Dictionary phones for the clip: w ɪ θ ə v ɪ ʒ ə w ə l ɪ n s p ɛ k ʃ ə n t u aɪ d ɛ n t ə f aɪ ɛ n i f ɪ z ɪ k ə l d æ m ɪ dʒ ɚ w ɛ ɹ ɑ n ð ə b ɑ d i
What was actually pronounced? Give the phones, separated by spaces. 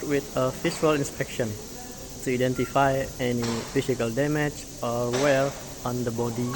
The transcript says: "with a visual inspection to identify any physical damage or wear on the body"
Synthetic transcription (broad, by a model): w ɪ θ ə f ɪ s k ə l ɪ n s p ɛ k ʃ ə n t u aɪ d ɛ n t ə f aɪ ɛ n i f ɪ s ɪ k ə l d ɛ m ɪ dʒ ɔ w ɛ l ɑ n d ə b ɑ d i